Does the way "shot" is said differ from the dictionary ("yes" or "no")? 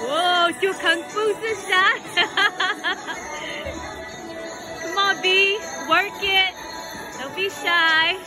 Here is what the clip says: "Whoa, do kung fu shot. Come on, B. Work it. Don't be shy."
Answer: yes